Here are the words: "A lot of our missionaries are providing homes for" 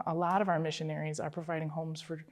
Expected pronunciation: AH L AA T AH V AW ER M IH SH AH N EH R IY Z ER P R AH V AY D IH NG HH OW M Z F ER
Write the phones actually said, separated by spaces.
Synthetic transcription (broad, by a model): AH L AA T AH V AW ER M IH SH AH N EH R IY Z ER P R AH V AY D IH NG HH OW M Z F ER